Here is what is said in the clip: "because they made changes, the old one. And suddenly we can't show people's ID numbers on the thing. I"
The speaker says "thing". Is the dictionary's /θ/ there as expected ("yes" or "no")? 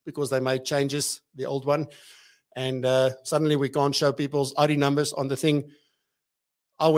yes